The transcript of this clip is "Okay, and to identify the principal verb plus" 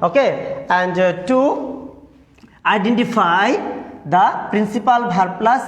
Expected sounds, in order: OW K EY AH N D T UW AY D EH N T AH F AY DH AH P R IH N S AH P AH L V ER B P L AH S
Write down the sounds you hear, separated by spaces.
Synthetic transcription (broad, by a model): OW K EY AH N D T UW AY D EH N T AH F AY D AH P R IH N S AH P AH L B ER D P L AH S